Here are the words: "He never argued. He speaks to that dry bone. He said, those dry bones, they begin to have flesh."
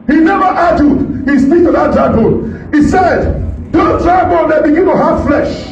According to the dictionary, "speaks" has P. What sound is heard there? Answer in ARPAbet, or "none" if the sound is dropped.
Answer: F